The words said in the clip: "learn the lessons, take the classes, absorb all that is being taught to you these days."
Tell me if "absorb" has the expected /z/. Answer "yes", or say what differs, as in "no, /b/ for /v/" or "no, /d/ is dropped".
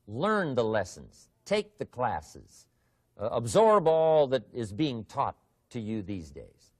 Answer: yes